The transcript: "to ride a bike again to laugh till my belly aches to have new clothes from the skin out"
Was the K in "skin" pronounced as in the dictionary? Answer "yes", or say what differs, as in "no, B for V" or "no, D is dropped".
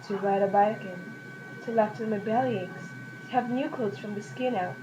yes